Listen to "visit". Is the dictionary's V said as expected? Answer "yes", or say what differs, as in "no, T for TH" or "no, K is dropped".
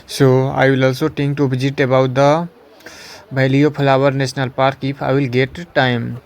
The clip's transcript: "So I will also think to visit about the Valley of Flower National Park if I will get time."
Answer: no, B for V